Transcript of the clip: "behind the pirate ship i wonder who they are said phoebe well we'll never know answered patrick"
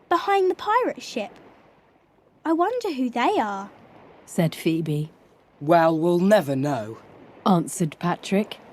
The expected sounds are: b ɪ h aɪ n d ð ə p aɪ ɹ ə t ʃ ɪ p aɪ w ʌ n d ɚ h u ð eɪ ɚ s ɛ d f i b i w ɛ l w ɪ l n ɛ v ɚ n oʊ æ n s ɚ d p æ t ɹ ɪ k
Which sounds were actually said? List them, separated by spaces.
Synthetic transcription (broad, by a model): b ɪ h aɪ n ð ə p aɪ ɹ ə t ʃ ɪ p aɪ w ʌ n d ɚ h u ð eɪ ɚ s ɛ d f i b i w ɛ l w ɪ l n ɛ v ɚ n oʊ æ n s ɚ d p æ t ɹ ɪ k